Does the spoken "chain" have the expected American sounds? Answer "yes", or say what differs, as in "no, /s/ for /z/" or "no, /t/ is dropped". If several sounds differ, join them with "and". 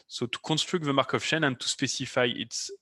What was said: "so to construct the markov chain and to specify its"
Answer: no, /ʃ/ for /tʃ/